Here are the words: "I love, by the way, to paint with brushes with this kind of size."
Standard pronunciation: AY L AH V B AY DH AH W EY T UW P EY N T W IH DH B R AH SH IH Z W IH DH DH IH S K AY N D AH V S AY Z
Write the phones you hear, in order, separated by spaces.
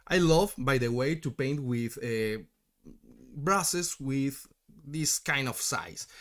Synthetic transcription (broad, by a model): AY L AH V B AY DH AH W EY T UW P EY N T W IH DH B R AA S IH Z W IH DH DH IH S K AY N D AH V S AY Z